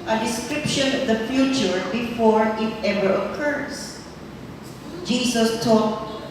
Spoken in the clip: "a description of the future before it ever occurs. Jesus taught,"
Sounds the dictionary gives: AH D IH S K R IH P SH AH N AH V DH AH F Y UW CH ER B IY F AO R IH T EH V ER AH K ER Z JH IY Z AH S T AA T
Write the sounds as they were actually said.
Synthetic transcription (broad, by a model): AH D IH S K R IH P SH AH N AH V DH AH F Y UW CH ER B IY F AO R IH T EH V ER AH K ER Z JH IY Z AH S T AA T